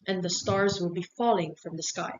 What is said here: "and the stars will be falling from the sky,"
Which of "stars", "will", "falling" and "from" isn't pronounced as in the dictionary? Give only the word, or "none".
none